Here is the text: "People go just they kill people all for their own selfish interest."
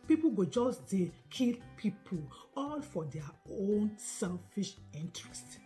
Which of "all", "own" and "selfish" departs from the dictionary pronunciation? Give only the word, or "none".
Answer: none